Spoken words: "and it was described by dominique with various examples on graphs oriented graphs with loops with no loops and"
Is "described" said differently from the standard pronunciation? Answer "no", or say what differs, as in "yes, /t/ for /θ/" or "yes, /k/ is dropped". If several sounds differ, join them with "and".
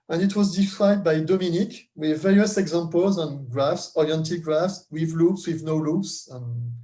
yes, /b/ is dropped